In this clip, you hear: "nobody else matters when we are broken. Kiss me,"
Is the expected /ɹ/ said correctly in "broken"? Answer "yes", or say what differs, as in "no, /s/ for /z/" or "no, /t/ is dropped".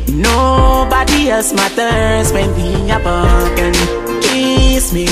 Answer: no, /ɹ/ is dropped